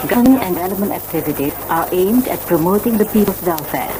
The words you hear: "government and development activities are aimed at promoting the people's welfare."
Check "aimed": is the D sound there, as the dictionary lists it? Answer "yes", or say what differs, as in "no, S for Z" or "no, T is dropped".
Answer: yes